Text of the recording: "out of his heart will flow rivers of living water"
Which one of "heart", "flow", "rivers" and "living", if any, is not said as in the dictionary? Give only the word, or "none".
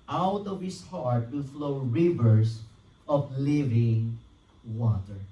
rivers